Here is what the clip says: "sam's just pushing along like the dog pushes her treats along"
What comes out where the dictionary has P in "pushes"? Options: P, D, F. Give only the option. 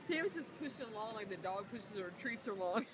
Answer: P